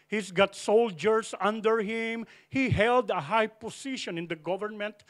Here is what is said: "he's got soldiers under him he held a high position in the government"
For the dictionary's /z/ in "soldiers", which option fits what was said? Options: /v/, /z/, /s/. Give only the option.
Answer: /s/